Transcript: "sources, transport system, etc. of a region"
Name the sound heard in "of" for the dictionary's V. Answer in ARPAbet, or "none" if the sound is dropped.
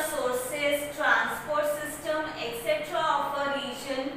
P